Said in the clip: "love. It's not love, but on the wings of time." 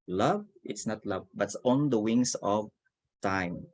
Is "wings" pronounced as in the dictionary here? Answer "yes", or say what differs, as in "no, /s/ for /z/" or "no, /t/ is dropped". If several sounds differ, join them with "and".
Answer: no, /s/ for /z/